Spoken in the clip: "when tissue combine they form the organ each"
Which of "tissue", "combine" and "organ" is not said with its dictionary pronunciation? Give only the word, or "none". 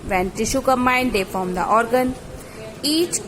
combine